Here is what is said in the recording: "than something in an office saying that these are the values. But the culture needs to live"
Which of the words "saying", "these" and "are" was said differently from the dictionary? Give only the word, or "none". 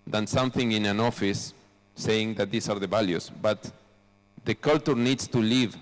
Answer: these